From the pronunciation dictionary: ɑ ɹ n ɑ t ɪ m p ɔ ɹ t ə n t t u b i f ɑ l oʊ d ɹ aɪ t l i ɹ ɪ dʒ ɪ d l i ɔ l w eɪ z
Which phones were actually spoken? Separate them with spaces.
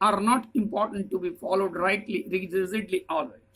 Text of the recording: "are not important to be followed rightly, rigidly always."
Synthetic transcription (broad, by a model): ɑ ɹ n ɑ t ɪ m p ɔ ɹ t ə n t t u b i f ɑ l oʊ d ɹ aɪ t l i ɹ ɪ z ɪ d l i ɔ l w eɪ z